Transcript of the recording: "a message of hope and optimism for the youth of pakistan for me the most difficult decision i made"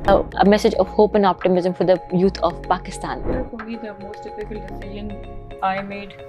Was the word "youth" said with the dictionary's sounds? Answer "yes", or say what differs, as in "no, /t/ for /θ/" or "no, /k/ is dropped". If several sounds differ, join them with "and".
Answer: no, /t/ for /θ/